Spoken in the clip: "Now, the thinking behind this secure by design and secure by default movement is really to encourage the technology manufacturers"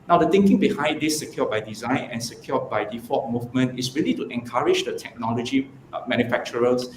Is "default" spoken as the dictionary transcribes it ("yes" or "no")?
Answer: no